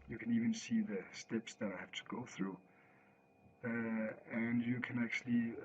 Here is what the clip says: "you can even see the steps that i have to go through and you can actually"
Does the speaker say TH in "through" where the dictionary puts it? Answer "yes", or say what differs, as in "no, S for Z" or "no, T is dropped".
yes